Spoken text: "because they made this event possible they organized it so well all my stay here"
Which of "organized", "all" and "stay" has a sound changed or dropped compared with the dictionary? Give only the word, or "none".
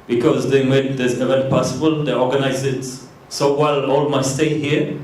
organized